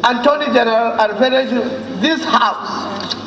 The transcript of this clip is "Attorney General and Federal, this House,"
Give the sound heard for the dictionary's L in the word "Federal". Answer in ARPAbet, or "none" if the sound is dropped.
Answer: N